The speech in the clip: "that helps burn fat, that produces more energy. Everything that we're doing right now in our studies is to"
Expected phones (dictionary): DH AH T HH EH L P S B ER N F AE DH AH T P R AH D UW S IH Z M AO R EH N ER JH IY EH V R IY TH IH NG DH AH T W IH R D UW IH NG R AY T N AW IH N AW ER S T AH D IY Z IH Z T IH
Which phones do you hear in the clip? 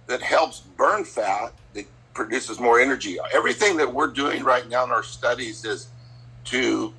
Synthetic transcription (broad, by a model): DH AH T HH EH L P S B ER N F AE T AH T P R AH D UW S IH Z M AO R EH N ER JH IY EH V R IY TH IH NG DH AH T W IH R D UW IH NG R AY T N AW IH N AW ER S T AH D IY Z IH Z T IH